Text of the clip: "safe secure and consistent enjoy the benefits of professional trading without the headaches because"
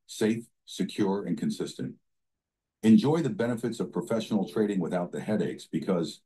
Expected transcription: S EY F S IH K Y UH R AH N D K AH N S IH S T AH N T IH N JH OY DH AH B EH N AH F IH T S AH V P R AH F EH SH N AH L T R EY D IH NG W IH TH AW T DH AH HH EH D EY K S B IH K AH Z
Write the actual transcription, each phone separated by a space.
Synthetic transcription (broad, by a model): S EY F S IH K Y UH R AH N K AH N S IH S T AH N T IH N JH OY DH AH B EH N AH F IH T S AH V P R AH F EH SH N L T R EY D IH NG W IH TH AW T DH AH HH EH D EY K S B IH K AH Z